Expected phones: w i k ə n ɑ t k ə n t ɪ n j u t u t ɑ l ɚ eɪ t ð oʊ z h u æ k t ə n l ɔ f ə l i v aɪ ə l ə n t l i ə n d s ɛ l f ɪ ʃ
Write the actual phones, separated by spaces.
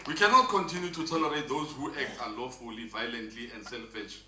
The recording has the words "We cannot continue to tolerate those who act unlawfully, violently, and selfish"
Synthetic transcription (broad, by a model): w i k ə n ɑ t k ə n t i n j u t u t ɑ l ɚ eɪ t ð oʊ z h u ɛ k t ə l ɔ f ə l i v aɪ ə l ə n t l i ə n d s ɛ l f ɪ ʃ